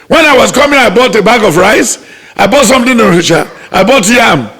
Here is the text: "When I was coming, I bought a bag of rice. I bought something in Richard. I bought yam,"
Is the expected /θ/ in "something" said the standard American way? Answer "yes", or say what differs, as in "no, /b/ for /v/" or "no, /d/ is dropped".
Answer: no, /t/ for /θ/